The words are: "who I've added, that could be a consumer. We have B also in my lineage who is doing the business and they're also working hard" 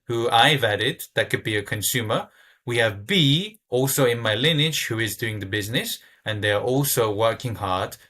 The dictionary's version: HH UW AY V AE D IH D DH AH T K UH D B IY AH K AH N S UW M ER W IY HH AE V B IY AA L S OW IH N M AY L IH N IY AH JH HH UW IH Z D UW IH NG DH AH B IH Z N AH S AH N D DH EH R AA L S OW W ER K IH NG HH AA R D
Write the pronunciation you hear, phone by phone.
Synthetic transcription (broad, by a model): HH UW AY V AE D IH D DH AH T K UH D B IY AH K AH N S UW M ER W IY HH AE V B IY AA L S OW IH N M AY L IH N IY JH HH UW IH Z D UW IH NG DH AH B IH Z N AH S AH N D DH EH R AA L S OW W ER K IH NG HH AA R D